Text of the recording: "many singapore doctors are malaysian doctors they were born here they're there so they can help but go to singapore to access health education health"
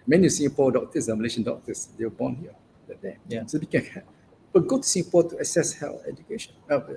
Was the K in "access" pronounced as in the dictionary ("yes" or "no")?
no